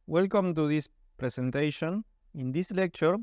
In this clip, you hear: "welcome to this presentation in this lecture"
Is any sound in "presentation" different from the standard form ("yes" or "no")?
yes